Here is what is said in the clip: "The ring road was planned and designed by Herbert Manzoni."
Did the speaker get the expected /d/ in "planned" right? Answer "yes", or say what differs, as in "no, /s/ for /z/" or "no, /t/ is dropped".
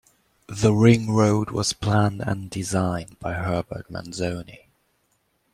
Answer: yes